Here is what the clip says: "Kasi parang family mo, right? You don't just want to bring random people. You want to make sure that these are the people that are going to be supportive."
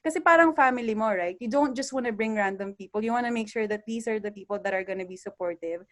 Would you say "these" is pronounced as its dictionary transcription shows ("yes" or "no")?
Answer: no